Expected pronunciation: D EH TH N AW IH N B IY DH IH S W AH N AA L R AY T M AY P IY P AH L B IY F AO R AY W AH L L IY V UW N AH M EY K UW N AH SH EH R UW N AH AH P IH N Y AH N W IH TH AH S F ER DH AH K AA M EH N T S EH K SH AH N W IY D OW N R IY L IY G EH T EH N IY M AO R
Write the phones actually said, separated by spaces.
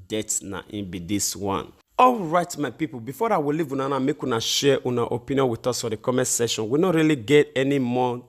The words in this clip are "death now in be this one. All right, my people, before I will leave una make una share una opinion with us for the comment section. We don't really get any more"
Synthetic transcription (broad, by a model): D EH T N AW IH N B IY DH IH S W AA N AA L R AY T M AY P IY P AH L B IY F AO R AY W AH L L IY V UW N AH M EY K UW N AH SH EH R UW N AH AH P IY N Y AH N W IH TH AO S F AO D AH K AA M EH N S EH SH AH N W IY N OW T R IY L IY G EH T EH N IY M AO